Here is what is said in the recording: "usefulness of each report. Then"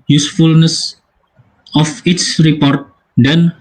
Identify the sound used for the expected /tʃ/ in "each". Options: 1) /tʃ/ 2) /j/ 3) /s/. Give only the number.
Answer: 3